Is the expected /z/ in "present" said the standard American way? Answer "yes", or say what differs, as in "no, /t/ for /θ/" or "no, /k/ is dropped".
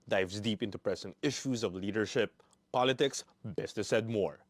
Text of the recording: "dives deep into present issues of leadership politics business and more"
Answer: no, /s/ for /z/